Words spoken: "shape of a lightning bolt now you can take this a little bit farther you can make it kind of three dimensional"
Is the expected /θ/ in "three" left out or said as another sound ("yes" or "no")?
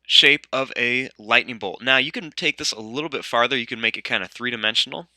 no